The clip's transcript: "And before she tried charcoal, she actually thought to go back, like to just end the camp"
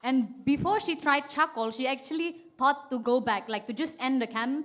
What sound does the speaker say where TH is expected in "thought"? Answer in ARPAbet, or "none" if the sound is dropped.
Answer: T